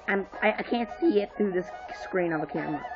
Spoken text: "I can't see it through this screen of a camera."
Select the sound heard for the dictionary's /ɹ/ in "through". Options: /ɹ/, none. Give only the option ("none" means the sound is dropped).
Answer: /ɹ/